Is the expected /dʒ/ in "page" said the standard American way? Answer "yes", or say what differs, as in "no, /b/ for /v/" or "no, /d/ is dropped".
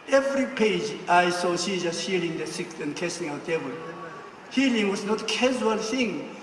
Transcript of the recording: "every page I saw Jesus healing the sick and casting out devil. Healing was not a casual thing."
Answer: yes